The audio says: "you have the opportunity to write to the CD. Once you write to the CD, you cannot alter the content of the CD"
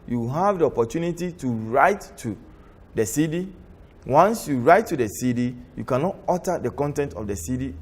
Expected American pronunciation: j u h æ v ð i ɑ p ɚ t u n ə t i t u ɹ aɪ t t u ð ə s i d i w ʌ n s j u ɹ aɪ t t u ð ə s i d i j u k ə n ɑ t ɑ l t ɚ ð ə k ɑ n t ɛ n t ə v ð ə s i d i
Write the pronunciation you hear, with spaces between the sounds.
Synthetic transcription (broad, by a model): j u h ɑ v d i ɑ p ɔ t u n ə t i t u ɹ aɪ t t u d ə s i d i w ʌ n s j u ɹ aɪ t t u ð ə s i d i j u k ə n ɑ t ɑ t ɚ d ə k ɑ n t ɛ n t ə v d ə s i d i